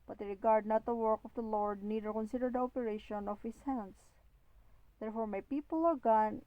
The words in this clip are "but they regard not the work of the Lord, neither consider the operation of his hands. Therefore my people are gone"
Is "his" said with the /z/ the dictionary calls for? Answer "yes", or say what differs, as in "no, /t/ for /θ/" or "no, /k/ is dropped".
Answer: no, /s/ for /z/